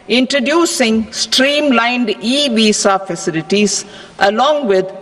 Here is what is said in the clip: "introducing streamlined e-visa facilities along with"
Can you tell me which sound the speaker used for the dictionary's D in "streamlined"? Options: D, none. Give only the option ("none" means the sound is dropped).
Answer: D